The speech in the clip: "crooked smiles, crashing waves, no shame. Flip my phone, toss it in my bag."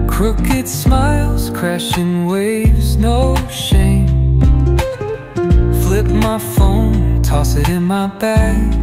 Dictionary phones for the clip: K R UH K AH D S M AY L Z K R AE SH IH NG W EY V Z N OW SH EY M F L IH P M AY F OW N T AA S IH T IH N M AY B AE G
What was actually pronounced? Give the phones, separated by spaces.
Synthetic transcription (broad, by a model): K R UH K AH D S M AY L Z K R AE SH IH NG W EY V Z N OW SH EY M F L IH P M AY F OW N T AA S IH T IH N M AY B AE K